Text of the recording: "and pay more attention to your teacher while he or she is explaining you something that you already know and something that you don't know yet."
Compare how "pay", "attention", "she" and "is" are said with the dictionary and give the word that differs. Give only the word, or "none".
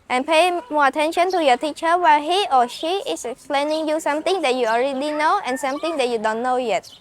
is